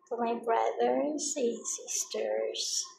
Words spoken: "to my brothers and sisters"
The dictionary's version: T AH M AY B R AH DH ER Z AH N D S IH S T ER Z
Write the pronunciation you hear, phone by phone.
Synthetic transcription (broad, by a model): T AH M AY B R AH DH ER AH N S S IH S T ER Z